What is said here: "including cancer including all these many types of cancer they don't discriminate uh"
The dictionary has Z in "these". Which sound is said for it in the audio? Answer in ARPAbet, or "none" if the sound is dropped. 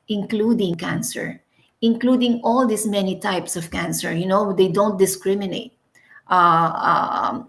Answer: S